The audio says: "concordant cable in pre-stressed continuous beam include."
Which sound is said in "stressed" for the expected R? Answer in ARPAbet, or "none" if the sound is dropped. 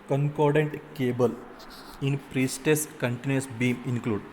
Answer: none